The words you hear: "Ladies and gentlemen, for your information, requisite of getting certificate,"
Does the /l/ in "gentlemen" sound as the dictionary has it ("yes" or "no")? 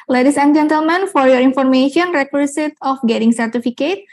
yes